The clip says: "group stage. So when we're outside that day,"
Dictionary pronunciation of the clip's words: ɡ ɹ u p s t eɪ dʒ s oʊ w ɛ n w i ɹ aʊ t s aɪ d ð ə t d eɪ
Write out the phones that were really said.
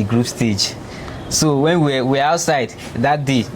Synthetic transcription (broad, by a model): ɡ ɹ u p s t eɪ dʒ s oʊ w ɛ n w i w aʊ t s aɪ d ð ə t d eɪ